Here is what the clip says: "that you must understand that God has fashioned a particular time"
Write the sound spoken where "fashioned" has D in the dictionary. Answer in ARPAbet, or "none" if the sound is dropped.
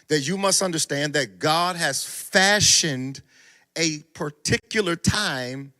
D